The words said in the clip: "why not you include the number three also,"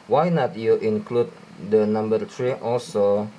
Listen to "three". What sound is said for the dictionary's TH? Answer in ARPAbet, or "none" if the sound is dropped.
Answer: T